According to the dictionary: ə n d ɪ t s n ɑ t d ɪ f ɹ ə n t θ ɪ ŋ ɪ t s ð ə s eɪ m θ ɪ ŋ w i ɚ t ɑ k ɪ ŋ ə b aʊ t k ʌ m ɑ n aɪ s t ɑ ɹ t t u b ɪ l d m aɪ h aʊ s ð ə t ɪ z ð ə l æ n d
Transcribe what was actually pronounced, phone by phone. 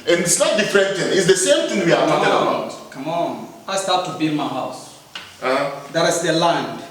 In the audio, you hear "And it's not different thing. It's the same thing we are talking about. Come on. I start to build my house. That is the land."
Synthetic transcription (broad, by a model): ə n ɪ t s n ɑ t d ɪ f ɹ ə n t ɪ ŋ ɪ t s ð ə s eɪ m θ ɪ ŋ w i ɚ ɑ ɪ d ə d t k ʌ m ɑ n aɪ s t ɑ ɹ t t u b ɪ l m aɪ h aʊ s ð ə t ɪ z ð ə l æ n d